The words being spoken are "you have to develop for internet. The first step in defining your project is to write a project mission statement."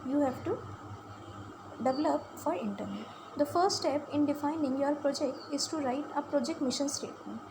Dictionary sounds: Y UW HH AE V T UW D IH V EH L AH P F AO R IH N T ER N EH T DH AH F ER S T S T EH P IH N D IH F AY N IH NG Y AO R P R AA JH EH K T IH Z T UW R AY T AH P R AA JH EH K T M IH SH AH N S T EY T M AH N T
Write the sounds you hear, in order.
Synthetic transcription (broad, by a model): Y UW HH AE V T UW D IH V EH L AH P F AO R IH N T ER N EH T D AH F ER T S T EH P IH N D IH F AY N IH NG Y AO R P R AA JH EH K T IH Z T UW R AY T AH P R AA JH EH K T M IH SH AH N S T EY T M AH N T